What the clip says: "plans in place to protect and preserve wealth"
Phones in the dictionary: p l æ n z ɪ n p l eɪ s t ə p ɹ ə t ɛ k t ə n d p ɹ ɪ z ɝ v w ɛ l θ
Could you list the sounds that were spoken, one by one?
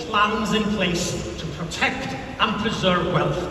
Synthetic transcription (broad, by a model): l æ n z ɪ n p l eɪ s t ə p ɹ ə t ɛ k t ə n p ɹ ɪ z ɝ v w ɛ l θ